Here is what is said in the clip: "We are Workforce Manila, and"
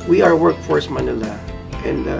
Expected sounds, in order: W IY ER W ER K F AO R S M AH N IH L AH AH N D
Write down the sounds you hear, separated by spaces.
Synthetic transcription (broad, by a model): W IY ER W ER K F AO R S M AH N IH L AH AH N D